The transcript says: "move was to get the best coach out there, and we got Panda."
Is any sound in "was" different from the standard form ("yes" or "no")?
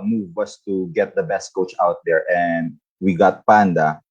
yes